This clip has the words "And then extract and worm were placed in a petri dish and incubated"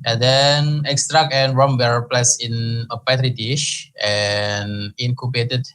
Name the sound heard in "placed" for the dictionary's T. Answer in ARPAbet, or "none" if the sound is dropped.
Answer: none